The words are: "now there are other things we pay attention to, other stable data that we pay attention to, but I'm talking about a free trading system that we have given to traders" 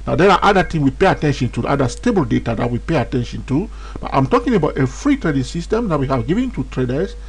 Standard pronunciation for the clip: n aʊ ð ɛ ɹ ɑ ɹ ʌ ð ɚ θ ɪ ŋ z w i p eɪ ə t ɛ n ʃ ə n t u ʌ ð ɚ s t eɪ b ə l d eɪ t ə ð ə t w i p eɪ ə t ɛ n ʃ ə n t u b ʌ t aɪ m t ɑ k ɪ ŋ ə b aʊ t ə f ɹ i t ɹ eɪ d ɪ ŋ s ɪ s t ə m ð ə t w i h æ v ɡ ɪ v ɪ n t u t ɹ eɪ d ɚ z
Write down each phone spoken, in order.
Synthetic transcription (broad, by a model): n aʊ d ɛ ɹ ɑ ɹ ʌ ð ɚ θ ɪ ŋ w i p eɪ ə t ɛ n ʃ ə n t u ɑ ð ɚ s t eɪ b ə l d eɪ t ə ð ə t w i p eɪ ə t ɛ n ʃ ə n t u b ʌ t aɪ m t ɑ k ɪ ŋ ə b aʊ t ə f ɹ i t ɹ eɪ d ɪ ŋ s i s t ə m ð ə t w i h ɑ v ɡ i v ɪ n t u t ɹ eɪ d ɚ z